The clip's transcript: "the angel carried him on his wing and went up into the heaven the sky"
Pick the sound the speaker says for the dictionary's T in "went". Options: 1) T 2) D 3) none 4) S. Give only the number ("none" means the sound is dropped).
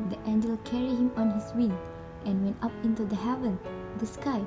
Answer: 1